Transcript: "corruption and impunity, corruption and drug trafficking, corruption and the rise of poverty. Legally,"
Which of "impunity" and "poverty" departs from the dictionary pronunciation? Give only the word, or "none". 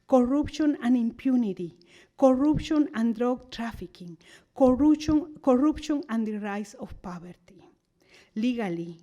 poverty